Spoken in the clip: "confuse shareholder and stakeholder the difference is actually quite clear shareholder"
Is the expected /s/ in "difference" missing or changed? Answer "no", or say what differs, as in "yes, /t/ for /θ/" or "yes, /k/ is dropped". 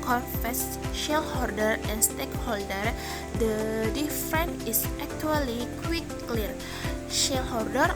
yes, /s/ is dropped